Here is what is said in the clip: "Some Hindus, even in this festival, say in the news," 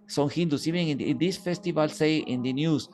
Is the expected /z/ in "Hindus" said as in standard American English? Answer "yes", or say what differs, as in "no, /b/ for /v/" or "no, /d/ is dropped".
no, /s/ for /z/